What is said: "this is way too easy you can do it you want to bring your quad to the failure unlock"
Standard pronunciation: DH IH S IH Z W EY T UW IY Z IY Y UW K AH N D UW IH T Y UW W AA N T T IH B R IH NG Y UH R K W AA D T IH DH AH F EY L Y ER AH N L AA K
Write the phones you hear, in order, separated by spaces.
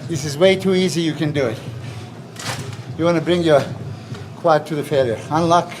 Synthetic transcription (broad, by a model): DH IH S IH Z W EY T UW IY Z IY Y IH K AH N D UW IH T Y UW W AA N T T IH B R IH NG Y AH R K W AA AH T IH DH AH F EY L Y ER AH N L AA K